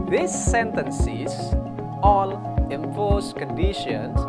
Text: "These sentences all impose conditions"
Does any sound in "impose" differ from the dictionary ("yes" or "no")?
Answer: yes